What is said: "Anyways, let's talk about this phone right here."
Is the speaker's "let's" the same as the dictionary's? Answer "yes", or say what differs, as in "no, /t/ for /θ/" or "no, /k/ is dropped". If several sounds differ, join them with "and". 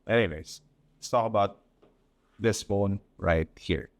no, /s/ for /t/